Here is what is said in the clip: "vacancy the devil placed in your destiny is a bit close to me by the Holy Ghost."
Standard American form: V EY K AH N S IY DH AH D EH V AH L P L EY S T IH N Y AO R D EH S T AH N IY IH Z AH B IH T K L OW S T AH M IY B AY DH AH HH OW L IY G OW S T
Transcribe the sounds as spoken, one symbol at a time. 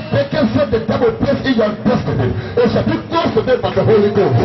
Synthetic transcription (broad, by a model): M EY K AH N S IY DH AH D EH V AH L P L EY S IH N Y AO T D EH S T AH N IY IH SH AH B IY K L OW S T AH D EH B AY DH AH HH OW L IY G OW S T